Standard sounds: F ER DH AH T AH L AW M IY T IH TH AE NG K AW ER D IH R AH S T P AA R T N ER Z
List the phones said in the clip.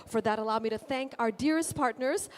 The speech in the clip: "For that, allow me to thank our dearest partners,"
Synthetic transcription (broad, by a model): F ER DH AH T AH L AW M IY T IH TH AE NG K AW ER D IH R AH S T P AA R T N ER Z